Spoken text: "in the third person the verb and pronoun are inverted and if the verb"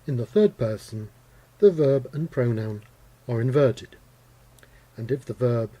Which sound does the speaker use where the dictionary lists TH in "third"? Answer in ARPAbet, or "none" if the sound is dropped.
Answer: TH